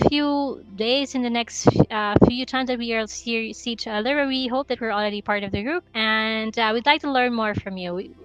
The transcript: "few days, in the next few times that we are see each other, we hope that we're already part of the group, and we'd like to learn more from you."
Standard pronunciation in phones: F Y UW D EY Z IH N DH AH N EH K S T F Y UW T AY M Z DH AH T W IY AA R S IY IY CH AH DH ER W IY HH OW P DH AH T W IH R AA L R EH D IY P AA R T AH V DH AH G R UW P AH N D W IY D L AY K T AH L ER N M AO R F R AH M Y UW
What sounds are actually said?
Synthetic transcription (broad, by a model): F Y UW D EY Z IH N DH AH N EH K S T F Y UW T AY M Z DH AH T W IY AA L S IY IY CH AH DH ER W IY HH OW P DH AH T W IH R L R EH D IY P AA R T AH V DH AH G R UW P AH N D W IY D L AY K T AH L ER N M AO R F R AH M Y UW